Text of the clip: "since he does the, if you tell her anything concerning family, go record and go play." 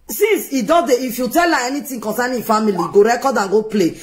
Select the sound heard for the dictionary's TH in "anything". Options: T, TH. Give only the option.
T